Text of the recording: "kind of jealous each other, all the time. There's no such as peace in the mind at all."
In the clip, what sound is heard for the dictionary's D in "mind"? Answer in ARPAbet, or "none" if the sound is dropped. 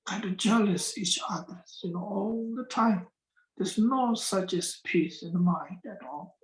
D